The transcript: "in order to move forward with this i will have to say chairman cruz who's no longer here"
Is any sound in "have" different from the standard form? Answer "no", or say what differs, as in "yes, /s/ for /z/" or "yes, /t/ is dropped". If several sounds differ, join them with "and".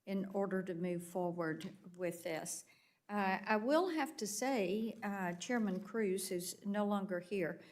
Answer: yes, /f/ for /v/